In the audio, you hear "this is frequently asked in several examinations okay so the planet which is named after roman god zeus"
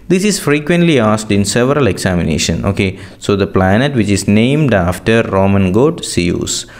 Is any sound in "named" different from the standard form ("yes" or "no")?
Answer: no